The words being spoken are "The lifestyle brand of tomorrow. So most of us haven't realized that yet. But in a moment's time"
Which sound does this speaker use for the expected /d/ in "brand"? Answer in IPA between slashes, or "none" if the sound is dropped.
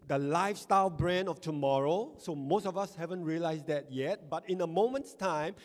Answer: none